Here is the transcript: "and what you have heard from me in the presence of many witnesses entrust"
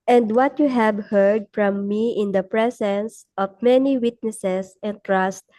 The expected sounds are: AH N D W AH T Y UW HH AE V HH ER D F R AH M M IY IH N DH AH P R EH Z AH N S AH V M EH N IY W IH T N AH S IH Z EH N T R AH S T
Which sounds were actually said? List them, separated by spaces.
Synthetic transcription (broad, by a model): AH N D W AH T Y UW HH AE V HH ER D F R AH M M IY IH N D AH P R EH S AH N S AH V M EH N IY W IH T N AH S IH S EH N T R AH S T